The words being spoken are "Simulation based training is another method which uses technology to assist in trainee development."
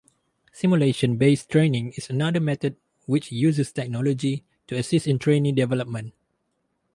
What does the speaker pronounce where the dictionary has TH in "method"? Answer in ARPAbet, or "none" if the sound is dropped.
T